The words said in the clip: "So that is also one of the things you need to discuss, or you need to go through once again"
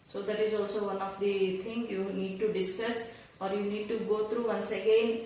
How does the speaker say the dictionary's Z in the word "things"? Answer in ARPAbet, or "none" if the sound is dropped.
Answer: none